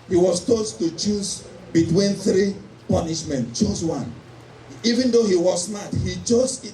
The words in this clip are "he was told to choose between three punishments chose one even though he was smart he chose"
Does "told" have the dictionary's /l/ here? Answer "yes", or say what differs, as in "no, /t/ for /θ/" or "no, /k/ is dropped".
no, /l/ is dropped